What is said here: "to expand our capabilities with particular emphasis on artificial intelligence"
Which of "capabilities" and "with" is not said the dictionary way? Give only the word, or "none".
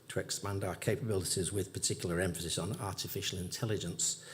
none